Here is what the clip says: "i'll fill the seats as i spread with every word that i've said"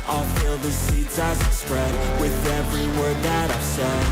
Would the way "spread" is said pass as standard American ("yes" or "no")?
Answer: yes